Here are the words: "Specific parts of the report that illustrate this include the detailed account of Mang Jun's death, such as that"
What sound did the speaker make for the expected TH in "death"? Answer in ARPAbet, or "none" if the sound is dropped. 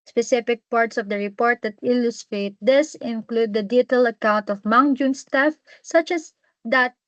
F